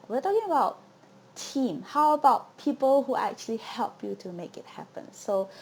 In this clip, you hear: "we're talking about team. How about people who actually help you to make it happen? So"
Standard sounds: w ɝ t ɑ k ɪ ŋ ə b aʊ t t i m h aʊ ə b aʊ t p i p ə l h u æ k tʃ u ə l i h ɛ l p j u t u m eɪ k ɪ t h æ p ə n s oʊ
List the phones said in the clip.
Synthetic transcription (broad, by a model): w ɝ t ɑ k ɪ ŋ ə b aʊ t t i m h aʊ ə b aʊ t p i p ə l h u æ k tʃ u ə l i h ɛ l p j u t u m eɪ k ɪ t h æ p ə n s oʊ